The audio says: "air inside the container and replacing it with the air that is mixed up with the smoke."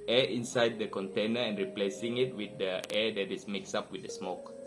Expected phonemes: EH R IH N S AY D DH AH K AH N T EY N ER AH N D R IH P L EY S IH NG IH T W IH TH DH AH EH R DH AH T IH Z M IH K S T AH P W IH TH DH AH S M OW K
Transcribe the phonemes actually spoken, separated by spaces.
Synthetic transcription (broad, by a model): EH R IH N S AY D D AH K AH N T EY N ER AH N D R IH P L EY S IH NG IH T W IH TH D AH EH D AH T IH S M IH K S AA P W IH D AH S M OW K